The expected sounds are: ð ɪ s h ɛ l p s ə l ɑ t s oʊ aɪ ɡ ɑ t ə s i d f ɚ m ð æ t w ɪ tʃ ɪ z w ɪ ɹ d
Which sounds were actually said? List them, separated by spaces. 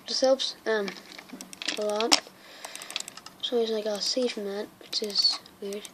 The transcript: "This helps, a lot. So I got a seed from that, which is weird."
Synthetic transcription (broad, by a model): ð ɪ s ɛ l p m ə l ɑ t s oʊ aɪ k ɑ ə s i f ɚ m ð æ t w ɪ tʃ ɪ z w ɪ ɹ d